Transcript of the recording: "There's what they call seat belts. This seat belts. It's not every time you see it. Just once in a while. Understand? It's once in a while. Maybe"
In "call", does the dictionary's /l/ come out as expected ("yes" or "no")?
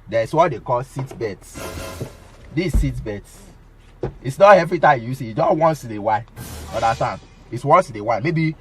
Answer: yes